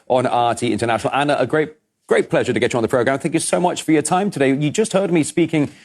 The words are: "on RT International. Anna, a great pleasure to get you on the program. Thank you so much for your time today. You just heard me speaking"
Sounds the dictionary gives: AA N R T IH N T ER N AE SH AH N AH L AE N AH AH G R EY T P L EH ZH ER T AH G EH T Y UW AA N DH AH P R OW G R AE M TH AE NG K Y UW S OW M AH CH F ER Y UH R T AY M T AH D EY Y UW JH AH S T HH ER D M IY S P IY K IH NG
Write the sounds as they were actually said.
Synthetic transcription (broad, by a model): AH N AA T IH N T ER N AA SH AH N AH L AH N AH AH G R EY T P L EH ZH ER T AH G EH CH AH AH N DH AH P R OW G R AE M TH AE NG K Y UW S OW M AH CH F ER Y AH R T AY M T AH D EY Y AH JH AH S T HH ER D M IY S P IY K IH NG